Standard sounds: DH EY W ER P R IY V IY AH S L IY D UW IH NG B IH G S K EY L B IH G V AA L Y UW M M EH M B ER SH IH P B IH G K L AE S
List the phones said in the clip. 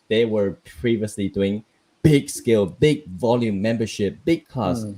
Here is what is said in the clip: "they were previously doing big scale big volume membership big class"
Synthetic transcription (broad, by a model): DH EY W ER P R IY V IY AH S L IY D UW IH NG B IH G S K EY L B IH G V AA L Y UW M M EH M B ER SH IH P B IH G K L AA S